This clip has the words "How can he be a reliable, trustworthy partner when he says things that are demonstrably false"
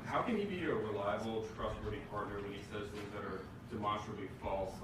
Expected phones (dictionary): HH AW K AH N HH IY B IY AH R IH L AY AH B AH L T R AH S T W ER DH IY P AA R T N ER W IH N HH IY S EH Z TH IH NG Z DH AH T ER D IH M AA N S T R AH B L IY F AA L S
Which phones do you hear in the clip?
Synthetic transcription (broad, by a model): HH AW K AH N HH IY B IY AH R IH L AY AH B L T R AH S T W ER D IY P AA R T N ER W IH N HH IY S EH Z TH IH NG Z DH AH T ER D IH M AA N S T R AH B L IY F AA L S